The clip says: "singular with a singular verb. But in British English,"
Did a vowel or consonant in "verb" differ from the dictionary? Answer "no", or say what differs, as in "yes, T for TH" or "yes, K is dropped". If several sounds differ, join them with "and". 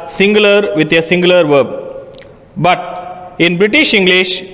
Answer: no